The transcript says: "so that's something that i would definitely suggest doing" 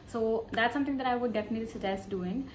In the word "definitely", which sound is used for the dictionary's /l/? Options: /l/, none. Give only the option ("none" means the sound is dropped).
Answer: none